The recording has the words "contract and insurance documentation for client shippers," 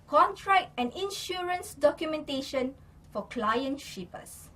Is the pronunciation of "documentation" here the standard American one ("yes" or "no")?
yes